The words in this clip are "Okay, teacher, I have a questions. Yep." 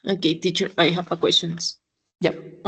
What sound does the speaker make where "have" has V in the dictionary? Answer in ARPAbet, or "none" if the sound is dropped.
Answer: P